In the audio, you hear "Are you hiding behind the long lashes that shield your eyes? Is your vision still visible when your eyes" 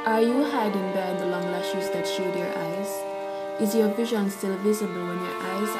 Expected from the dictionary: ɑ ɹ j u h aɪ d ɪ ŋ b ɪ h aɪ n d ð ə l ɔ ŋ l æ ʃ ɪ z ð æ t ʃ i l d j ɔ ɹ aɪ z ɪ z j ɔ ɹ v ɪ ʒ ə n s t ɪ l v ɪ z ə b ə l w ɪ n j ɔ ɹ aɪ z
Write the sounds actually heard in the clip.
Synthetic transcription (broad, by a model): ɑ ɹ j u h aɪ d ɪ ŋ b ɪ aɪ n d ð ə l ɔ ŋ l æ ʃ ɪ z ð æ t ʃ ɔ d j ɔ ɹ aɪ z ɪ z j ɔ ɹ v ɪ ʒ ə n s t ɪ l v ɪ z ə b ə l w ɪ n j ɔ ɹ aɪ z